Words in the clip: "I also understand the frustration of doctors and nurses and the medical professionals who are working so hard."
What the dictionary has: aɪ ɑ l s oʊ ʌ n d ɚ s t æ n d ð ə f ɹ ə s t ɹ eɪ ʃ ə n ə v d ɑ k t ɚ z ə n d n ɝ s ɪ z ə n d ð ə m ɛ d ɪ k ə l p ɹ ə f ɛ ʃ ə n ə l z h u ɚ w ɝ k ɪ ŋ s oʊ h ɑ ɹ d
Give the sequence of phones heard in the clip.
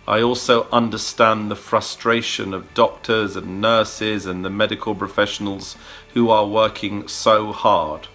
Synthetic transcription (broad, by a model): aɪ ɑ l s oʊ ʌ n d ɚ s t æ n ð ə f ɹ ə s t ɹ eɪ ʃ ə n ə v d ɑ k t ɚ z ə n n ɝ s ɪ z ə n ð ə m ɛ d ɪ k ə l p ɹ ə f ɛ ʃ ə n ə l z h u ɚ w ɝ k ɪ ŋ s oʊ h ɑ ɹ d